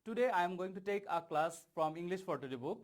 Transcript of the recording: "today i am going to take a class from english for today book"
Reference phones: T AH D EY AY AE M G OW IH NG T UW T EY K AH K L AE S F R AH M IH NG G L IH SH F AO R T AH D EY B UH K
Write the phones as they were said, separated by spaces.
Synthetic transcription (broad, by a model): T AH D EY AY M G OW IH NG T UW T EY K AH K L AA S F R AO M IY NG G L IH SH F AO R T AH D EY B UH K